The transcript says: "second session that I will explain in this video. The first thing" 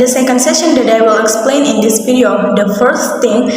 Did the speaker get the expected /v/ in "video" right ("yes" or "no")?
no